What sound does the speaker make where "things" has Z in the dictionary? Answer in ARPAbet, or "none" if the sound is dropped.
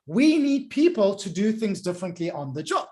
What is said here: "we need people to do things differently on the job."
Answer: Z